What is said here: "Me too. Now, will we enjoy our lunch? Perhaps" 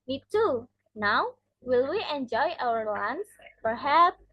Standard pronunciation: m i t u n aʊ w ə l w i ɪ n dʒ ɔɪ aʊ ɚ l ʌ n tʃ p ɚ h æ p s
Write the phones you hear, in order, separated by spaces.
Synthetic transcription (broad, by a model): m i t u n aʊ w ə l w i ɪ n dʒ ɔɪ aʊ ɚ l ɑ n s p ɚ h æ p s